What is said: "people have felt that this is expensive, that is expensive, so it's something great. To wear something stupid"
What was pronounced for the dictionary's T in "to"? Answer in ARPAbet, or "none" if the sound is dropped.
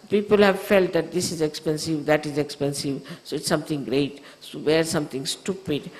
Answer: S